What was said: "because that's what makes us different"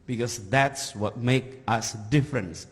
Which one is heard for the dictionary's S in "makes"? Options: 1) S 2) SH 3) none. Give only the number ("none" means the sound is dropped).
3